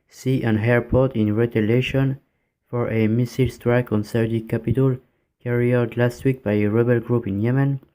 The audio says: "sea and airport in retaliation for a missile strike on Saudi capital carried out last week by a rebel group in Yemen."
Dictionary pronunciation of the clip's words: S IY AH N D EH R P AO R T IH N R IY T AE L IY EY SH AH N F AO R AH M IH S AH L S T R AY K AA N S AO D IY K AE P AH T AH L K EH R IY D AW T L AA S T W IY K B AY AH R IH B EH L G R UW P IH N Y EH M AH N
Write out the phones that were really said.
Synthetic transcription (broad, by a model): S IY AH N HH EH R P AO R T IH N R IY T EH L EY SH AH N F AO R AH M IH S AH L S T R AY K AA N S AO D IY K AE P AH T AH L K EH R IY AW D L AA S T W IY K B AY AH R IH B EH L G R UW P IH N Y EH M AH N